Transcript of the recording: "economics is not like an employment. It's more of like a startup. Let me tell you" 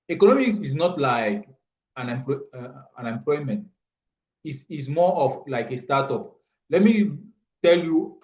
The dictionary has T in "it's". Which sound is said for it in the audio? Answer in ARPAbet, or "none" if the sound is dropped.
S